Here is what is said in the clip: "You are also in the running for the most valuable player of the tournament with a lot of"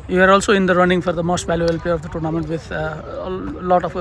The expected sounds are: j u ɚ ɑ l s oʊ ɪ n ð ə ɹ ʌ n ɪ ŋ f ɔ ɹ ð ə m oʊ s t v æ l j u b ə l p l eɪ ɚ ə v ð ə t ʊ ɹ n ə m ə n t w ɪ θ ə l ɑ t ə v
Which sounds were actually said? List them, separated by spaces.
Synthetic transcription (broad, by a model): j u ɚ ɑ l s oʊ ɪ n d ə ɹ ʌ n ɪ ŋ f ɔ ɹ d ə m oʊ s t v æ l j u b ə l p eɪ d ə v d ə t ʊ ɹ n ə m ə n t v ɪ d l ɑ t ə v